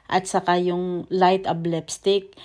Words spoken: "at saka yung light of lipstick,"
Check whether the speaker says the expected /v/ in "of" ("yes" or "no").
no